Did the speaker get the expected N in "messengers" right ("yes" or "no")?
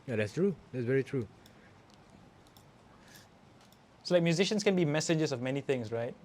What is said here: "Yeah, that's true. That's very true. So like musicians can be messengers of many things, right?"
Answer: no